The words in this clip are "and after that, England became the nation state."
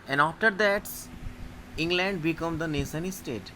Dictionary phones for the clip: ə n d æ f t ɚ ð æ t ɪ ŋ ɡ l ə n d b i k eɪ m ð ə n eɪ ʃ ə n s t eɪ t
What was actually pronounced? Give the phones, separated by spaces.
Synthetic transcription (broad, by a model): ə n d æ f t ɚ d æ t ɪ ŋ ɡ l ə n d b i k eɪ m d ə n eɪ s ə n s t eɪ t